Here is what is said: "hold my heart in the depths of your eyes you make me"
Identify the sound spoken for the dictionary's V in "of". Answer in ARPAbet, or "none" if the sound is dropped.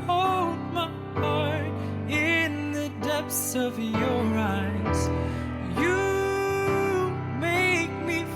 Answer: V